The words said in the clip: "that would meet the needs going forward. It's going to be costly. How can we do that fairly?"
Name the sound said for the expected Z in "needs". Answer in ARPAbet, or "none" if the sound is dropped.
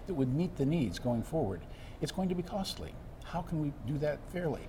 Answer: Z